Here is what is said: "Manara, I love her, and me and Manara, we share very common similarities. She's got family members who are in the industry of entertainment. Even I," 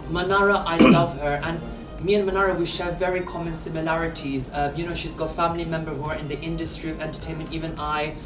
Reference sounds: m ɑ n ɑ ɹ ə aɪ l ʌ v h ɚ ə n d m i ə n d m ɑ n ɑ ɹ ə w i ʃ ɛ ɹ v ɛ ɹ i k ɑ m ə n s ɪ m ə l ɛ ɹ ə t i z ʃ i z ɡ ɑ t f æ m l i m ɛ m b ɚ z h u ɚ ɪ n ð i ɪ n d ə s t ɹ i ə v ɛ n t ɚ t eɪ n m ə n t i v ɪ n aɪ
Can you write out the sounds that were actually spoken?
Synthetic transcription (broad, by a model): m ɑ n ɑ ɹ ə aɪ l ʌ v h ɚ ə n m i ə n m ɑ n ɑ ɹ ə w i ʃ ɛ ɹ v ɛ ɹ i k ɑ m ə n s ɪ m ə l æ ɹ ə t i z ʃ i z ɡ ɑ t f æ m l i m ɛ m b ɚ h u ɚ ɪ n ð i ɪ n d ə s t ɹ i ə v ɛ n t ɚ t eɪ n m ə n t i v ɪ n aɪ